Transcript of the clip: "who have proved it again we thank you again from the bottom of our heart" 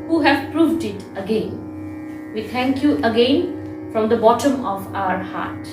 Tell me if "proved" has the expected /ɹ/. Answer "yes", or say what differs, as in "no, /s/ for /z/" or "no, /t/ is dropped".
yes